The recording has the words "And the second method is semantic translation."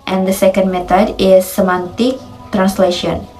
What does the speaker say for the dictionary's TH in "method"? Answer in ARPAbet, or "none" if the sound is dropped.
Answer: T